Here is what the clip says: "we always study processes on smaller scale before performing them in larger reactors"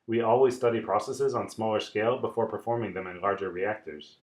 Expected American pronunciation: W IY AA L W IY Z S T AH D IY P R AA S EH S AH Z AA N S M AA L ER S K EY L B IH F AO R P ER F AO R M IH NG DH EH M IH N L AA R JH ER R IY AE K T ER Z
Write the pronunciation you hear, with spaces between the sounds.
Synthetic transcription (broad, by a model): W IY AA L W IY Z S T AH D IY P R AA S EH S AH Z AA N S M AA L ER S K EY L B IH F AO R P ER F AO R M IH NG DH EH M IH N L AA R JH ER R IY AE K T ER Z